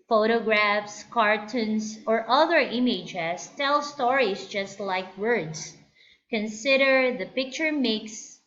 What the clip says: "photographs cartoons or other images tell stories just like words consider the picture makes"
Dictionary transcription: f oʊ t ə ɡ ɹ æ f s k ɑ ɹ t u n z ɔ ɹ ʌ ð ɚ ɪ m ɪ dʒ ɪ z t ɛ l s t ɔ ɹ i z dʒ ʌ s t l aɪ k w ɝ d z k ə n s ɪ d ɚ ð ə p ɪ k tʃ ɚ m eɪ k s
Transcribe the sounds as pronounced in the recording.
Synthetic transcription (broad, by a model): f oʊ t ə ɡ ɹ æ f s k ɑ ɹ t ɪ n s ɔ ɹ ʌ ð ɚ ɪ m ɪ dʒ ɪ s t ɛ l s t ɔ ɹ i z dʒ ʌ s t l aɪ k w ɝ d s k ə n s ɪ d ɚ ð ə p ɪ k tʃ ɚ m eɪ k s